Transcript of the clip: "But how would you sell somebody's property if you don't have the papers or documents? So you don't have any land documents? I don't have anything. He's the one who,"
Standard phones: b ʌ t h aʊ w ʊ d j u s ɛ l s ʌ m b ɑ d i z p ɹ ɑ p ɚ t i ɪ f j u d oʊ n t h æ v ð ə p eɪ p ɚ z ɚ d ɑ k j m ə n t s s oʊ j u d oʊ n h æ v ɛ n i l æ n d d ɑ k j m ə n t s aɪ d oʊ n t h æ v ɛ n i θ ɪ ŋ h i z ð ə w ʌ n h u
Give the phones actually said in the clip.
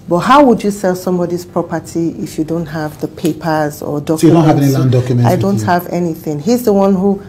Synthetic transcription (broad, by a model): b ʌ t h aʊ w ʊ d j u s ɛ l s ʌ m b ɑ d i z p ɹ ɑ p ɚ t i ɪ f j u d oʊ n t h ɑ v ð ə p eɪ p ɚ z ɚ d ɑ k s s oʊ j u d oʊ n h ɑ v ɛ n i l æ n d d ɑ k j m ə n aɪ d oʊ n t h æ v ɛ n i θ ɪ ŋ h i z ð ə w ʌ n h u